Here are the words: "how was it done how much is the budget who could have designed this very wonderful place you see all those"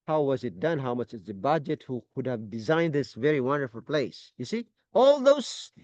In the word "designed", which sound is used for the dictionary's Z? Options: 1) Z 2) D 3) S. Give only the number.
1